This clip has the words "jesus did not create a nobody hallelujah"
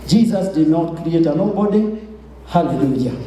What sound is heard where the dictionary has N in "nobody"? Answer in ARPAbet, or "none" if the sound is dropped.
L